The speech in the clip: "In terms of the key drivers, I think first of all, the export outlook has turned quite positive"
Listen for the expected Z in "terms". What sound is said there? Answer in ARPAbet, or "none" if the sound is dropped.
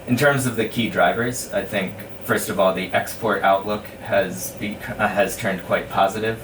Z